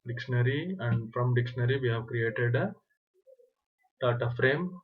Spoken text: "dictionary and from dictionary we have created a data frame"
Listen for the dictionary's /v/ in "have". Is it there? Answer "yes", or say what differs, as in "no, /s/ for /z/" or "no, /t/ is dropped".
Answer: yes